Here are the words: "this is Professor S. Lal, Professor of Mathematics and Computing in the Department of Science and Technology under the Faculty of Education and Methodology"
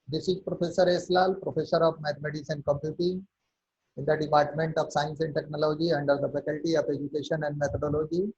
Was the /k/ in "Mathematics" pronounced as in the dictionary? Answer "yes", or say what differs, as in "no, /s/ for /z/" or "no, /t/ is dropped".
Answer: no, /k/ is dropped